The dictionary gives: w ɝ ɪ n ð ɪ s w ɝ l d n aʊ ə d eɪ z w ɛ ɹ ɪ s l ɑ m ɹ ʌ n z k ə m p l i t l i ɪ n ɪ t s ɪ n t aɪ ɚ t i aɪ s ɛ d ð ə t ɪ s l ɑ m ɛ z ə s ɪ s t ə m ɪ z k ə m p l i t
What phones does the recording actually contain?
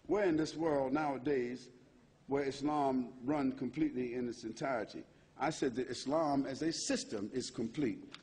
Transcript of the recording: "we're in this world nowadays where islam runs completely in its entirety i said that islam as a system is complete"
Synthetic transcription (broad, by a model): w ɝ ɪ n ð ɪ s w ɝ l d n aʊ ə d eɪ z w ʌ ɹ ɪ s l ɑ m ɹ ʌ n k ə m p l i t l i ɪ n ɪ t s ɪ n t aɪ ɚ t i aɪ s ɛ d ð ə t ɪ s l ɑ m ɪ z ə s ɪ s t ə m ɪ z k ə m p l i t